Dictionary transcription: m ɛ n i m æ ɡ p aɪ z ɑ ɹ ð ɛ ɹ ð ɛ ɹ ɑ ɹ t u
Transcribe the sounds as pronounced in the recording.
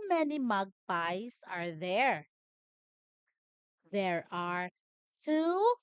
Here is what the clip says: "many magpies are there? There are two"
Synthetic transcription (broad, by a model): m ɛ n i m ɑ ɡ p aɪ s ɑ ɹ ð ɛ ɹ ð ɛ ɹ ɑ ɹ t u